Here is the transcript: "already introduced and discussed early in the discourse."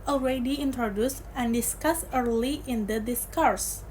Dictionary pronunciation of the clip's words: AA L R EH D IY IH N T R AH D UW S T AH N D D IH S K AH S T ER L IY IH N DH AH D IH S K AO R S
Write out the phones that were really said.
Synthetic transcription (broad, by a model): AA L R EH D IY IH N T R AH D UW S T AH N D D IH S K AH S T ER L IY IH N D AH D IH S K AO R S